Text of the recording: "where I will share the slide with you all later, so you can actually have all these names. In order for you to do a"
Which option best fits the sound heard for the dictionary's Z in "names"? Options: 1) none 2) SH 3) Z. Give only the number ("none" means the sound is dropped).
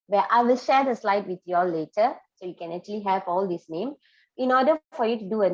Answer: 1